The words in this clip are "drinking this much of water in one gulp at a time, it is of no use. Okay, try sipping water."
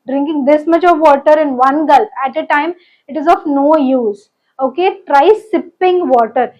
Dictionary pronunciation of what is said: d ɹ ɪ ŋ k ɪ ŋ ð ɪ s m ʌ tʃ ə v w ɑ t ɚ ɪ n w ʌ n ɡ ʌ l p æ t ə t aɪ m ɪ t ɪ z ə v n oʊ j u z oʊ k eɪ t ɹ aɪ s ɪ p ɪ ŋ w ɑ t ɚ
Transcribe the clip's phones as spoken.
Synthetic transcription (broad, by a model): d ɹ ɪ ŋ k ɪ ŋ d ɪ s m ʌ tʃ ə v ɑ t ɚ ɪ n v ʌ n ɡ ʌ l p æ t ə t aɪ m ɪ t ɪ z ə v n oʊ j u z oʊ k eɪ t ɹ aɪ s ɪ p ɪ ŋ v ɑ t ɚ